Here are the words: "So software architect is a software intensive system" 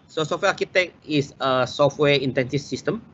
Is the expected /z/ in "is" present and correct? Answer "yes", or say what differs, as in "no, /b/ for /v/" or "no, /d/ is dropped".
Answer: no, /s/ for /z/